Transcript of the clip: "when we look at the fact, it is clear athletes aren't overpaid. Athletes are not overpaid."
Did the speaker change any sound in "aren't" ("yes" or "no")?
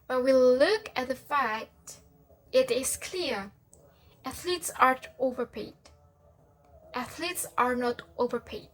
yes